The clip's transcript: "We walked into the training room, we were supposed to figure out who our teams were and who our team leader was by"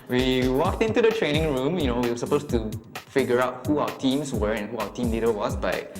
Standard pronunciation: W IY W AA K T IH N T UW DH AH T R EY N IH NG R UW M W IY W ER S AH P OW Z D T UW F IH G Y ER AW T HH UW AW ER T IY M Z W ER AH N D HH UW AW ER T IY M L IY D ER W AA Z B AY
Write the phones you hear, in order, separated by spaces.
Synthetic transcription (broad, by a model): W IY W AA K T IH N T UW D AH T R EY N IH NG R UW M W IY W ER S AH P OW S T UW F IH G Y ER AW T HH UW AW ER T IY M S W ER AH N HH UW AW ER T IY M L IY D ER W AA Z B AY